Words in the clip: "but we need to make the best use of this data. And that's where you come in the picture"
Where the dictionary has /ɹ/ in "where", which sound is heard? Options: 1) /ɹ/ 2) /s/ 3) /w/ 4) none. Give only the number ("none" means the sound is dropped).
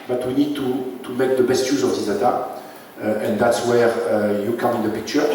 1